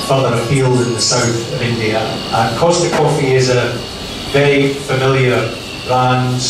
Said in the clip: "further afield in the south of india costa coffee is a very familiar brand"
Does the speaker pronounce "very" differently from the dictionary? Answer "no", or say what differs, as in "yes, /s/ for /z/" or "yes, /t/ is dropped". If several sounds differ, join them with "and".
yes, /ɹ/ is dropped